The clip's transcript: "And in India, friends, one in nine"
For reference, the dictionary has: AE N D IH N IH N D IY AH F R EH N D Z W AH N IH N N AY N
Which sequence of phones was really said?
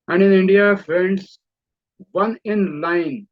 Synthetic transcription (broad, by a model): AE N D IH N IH N D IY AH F EH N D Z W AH N IH N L AY N